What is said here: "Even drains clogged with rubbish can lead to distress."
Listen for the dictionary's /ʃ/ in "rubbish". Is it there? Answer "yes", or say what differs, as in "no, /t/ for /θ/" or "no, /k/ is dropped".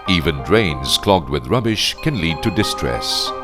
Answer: yes